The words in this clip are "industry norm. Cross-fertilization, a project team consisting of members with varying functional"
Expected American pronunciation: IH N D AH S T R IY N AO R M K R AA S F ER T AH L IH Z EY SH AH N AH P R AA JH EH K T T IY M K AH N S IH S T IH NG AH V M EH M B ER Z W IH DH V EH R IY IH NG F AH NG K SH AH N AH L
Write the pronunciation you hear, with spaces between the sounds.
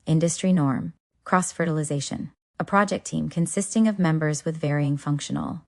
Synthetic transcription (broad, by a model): IH N D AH S T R IY N AO R M K R AA S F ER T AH L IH Z EY SH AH N AH P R AA JH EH K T T IY M K AH N S IH S T IH NG AH V M EH M B ER Z W IH DH V EH R IY IH NG F AH NG K SH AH N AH L